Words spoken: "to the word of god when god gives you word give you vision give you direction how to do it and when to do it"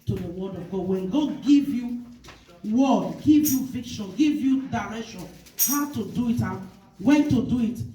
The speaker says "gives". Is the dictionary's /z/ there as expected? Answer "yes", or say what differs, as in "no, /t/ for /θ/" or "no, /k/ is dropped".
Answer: no, /z/ is dropped